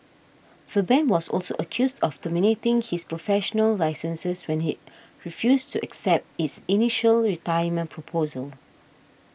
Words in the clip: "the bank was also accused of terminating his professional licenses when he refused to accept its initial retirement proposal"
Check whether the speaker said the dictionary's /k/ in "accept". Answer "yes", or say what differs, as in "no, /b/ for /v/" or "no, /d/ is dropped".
yes